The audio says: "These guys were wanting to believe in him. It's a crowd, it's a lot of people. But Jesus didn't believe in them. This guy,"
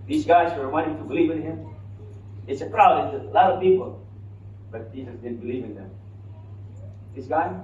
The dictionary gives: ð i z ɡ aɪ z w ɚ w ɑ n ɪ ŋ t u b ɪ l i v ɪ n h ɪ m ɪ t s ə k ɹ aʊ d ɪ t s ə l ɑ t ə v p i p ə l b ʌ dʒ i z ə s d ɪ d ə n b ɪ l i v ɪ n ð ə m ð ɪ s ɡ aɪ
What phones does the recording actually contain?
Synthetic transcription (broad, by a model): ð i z ɡ aɪ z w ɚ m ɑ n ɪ t u b ɪ l i v ɪ n h ɪ m ɪ t s ə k ɹ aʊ ɪ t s ə l ɑ t ə v p i p ə l b ʌ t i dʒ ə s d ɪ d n b ɪ l i v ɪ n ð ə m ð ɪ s ɡ aɪ